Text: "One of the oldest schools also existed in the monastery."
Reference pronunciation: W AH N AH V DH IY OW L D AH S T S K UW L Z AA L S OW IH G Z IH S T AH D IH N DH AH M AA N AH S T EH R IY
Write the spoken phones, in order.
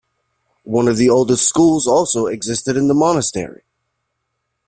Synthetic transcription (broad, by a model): W AH N AH V DH IY OW L D AH S T S K UW L Z AA L S OW IH G Z IH S T AH D IH N DH AH M AA N AH S T EH R IY